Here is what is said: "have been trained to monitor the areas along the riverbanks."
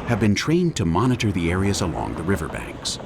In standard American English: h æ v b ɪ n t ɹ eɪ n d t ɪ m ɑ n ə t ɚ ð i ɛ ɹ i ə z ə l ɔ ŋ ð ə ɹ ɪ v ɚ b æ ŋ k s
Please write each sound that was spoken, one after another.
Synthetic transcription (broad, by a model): h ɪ v b ɪ n t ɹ eɪ n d t ɪ m ɑ n ə t ɚ ð i ɛ ɹ i ə z ə l ɔ ŋ ð ə ɹ ɪ v ɚ b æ ŋ k s